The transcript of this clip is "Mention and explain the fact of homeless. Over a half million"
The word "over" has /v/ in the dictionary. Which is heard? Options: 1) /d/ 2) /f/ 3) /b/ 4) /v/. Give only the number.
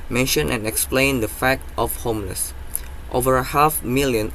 4